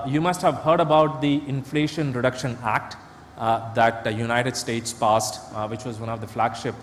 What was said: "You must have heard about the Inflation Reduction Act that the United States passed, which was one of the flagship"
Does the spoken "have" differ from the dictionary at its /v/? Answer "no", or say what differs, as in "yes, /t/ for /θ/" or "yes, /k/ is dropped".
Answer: no